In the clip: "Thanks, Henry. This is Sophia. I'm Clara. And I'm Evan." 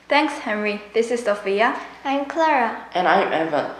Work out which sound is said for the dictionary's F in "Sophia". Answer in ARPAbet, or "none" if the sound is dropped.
F